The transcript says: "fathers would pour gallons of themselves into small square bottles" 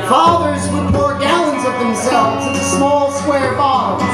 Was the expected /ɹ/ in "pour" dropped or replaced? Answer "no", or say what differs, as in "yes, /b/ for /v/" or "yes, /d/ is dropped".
no